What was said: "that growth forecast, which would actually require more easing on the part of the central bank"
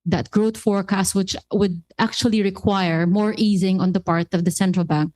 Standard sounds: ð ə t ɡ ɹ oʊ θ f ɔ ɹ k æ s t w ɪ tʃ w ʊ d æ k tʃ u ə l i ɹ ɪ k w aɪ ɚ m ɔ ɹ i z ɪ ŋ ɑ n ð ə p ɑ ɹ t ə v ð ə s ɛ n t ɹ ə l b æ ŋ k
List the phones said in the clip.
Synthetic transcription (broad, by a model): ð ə t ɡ ɹ oʊ t f ɔ ɹ k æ s t w ɪ tʃ w ʊ d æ k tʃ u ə l i ɹ ɪ k w aɪ ɚ m ɔ ɹ i z ɪ ŋ ɑ n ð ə p ɑ ɹ t ə v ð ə s ɛ n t ɹ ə l b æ ŋ k